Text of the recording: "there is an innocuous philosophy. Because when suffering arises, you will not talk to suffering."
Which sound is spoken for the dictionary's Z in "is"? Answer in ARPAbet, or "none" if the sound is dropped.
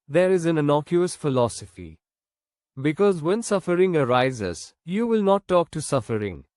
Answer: Z